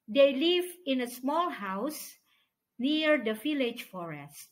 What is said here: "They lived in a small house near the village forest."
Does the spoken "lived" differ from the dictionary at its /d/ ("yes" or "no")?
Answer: yes